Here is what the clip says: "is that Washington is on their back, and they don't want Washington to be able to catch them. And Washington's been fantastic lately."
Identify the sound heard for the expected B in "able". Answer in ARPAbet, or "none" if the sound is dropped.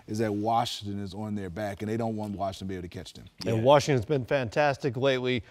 none